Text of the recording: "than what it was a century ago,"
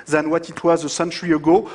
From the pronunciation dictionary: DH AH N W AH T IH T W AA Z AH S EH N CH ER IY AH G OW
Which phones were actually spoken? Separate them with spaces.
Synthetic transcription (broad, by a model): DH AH N W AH T IH T W AA Z AH S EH N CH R IY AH G OW